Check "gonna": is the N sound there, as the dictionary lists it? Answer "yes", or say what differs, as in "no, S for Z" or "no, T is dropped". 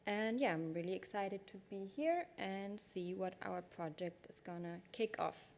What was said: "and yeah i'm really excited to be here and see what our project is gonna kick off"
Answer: yes